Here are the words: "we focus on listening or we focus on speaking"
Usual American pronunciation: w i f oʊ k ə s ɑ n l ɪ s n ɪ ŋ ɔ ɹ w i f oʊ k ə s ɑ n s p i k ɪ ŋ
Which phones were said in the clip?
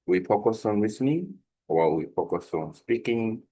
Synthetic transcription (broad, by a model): w i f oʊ k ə s ɑ n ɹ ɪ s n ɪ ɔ l w i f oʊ k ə s ɑ n s p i k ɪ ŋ